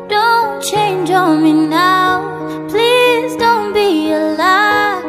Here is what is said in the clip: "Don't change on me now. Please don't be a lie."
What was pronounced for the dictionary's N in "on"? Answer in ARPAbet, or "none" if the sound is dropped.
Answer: L